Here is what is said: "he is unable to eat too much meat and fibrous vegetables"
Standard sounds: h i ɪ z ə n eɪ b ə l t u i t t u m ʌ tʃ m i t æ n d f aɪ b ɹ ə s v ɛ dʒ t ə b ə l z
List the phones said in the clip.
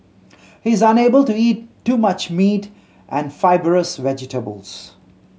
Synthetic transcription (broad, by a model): h i ɪ z ə n eɪ b ə l t u i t t u m ʌ tʃ m i t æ n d f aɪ b ɹ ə s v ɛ dʒ t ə b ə l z